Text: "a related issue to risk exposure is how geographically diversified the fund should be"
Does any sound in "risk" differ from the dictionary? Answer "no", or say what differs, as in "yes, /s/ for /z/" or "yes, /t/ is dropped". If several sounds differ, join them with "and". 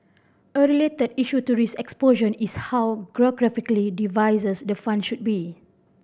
yes, /k/ is dropped